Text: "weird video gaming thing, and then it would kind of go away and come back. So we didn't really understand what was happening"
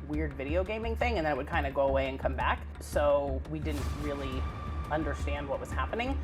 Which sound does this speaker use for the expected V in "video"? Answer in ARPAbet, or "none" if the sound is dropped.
V